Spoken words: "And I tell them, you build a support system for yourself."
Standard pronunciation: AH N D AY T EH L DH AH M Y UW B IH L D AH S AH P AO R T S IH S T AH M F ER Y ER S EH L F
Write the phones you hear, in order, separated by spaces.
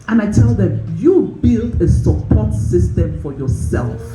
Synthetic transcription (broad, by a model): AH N AY T EH L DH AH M Y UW B IH L D AH S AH P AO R T S IH S T AH M F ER Y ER S EH L F